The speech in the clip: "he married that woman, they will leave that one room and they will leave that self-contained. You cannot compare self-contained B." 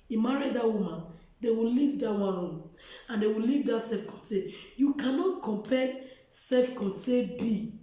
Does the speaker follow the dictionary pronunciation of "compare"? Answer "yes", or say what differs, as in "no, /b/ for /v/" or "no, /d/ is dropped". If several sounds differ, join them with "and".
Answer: no, /l/ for /ɹ/